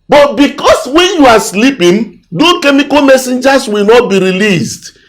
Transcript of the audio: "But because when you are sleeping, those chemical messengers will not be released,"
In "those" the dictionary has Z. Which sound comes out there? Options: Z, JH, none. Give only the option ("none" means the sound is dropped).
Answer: none